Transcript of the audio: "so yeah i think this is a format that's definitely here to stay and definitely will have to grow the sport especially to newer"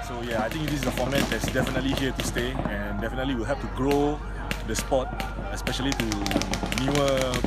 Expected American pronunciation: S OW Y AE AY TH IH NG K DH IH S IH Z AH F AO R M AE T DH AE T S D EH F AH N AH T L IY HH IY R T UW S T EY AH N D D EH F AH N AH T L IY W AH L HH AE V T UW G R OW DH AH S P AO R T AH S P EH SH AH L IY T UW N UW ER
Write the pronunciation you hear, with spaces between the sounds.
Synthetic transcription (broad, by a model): S OW Y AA AY T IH NG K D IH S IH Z AH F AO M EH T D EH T S D EH F AH N AH T L IY HH IY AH T UW S T EY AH N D D EH F AH N AH T L IY W AH L HH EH P T UW G R OW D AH S P AO T AH S P EH SH AH L IY T UW N UW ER